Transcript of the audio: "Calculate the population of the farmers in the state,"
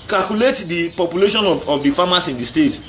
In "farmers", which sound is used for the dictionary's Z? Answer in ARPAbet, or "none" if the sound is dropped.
S